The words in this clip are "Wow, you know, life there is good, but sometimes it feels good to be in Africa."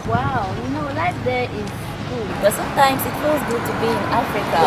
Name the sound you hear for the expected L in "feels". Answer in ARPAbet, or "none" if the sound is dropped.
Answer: none